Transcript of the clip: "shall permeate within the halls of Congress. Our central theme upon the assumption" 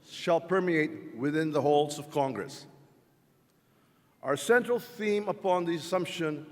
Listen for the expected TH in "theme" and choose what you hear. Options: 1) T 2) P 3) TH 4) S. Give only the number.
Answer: 3